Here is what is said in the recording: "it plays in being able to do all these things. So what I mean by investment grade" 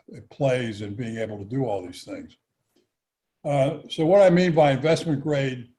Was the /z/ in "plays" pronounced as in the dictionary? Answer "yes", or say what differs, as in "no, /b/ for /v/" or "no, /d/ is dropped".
yes